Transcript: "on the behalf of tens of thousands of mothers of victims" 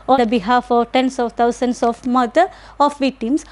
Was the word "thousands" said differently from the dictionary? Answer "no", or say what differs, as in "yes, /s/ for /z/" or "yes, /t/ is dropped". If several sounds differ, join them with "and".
yes, /t/ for /θ/ and /s/ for /z/